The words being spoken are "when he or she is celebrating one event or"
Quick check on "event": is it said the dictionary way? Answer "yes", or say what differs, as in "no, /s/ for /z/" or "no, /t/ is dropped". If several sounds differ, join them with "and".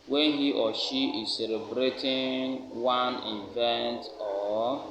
yes